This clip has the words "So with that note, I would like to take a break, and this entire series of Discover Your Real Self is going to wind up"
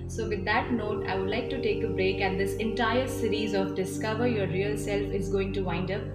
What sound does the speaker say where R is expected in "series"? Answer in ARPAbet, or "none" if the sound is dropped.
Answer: R